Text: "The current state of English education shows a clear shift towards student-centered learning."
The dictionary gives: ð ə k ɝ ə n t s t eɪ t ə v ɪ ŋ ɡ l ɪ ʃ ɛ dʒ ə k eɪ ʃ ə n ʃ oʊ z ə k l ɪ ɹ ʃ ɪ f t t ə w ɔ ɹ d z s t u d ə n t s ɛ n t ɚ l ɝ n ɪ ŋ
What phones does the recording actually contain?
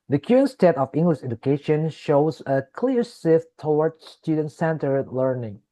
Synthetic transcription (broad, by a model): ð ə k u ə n s t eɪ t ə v ɪ ŋ ɡ l ɪ ʃ ɛ dʒ ə k eɪ ʃ ə n ʃ oʊ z ə k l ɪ ɹ s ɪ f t t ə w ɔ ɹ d s t u d ə n t s ɛ n t ɚ l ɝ n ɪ ŋ